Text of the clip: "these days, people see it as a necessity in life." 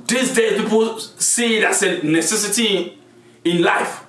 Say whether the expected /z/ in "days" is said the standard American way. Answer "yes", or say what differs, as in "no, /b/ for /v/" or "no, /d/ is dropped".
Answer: no, /z/ is dropped